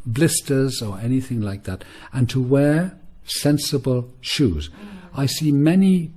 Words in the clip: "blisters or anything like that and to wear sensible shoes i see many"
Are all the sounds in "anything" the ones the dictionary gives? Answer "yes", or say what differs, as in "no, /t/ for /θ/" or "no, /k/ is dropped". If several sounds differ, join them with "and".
yes